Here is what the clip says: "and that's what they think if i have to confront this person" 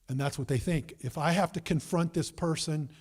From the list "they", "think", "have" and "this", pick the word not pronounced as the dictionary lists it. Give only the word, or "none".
have